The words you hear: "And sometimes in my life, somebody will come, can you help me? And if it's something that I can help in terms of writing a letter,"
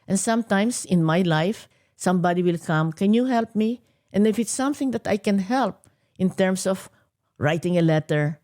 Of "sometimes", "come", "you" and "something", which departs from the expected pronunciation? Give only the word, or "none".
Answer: sometimes